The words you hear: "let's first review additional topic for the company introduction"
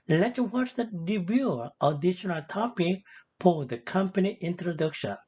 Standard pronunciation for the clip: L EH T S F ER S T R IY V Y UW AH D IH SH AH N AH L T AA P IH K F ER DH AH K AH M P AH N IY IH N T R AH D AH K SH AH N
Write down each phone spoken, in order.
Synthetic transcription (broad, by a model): L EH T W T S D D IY B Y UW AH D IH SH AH N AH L T AA P IH K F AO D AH K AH M P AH N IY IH N T R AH D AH K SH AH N